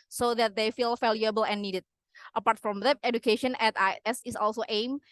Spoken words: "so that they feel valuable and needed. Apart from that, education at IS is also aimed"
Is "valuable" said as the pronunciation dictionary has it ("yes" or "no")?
no